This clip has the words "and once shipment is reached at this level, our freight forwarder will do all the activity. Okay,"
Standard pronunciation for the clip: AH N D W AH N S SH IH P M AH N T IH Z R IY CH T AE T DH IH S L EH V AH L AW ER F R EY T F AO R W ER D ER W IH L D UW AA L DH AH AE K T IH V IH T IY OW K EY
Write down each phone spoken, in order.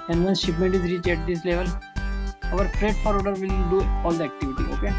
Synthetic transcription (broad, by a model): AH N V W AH N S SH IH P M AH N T IH Z R IY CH AE T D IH S L EH V AH L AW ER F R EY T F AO R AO D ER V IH L D UW AA L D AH AE K T IH V IH T IY OW K EY